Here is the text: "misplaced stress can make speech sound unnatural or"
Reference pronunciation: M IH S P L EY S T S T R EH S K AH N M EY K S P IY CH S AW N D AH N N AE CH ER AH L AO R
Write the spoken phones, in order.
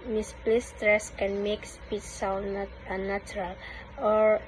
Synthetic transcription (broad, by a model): M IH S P L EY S S T R EH S K AH N M EY K S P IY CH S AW N AH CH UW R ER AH L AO R